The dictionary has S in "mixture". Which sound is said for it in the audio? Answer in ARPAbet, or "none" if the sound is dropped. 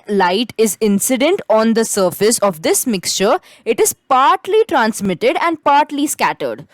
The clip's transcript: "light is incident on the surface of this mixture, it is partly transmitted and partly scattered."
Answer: S